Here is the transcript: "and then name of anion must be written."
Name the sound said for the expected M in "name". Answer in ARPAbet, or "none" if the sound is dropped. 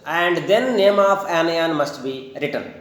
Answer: M